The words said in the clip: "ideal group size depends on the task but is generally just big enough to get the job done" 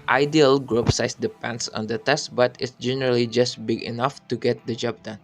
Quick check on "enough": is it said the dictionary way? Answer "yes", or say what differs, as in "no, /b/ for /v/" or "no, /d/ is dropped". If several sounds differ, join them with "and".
yes